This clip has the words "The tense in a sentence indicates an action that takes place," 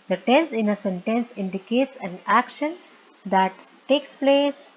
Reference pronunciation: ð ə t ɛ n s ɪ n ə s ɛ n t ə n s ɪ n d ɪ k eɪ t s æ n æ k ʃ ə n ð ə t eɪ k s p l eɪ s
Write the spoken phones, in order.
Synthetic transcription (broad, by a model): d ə t ɛ n s ɪ n ə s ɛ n t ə n s ɪ n d ɪ k eɪ t s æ n æ k ʃ ə n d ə t eɪ k s p l eɪ s